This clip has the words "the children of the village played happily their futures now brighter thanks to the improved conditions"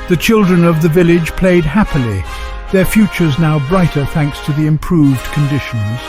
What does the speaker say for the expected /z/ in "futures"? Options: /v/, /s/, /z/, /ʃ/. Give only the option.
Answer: /z/